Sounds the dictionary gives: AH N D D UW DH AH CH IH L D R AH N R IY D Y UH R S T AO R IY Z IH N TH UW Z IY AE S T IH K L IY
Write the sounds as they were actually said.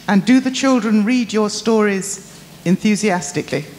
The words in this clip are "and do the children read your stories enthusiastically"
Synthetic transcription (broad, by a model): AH N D D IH DH AH CH IH L D R AH N R IY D Y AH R S T AO R IY Z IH N TH UW Z IY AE S T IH K L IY